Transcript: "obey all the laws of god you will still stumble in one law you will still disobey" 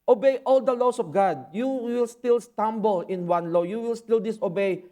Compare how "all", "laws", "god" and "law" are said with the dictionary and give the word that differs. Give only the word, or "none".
laws